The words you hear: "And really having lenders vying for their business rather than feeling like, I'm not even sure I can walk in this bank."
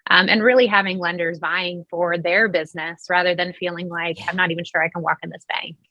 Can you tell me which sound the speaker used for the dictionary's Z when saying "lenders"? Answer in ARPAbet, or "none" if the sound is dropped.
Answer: Z